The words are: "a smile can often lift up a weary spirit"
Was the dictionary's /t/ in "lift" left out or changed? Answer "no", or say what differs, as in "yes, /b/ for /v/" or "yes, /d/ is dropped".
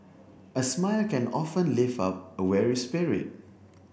yes, /t/ is dropped